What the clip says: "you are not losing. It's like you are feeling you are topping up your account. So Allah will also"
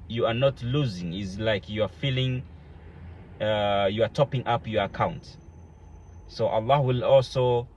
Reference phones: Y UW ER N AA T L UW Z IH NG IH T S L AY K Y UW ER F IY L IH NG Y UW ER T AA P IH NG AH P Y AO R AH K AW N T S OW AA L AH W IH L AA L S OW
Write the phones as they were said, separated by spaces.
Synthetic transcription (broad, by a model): Y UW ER N AA T L UW Z IH NG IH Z L AY K Y UW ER F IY L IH NG Y UW ER T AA P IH NG AH P Y AO R AH K AW N T S OW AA L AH W IH L AA L S OW